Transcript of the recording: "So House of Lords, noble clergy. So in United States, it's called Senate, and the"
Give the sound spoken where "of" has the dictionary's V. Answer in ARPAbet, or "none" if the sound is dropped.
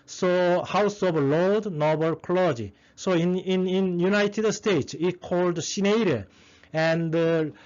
B